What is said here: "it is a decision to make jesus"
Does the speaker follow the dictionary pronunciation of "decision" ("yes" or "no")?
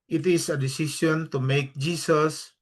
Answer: no